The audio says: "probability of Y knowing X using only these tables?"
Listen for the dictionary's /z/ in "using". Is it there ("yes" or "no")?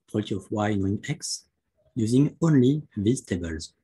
yes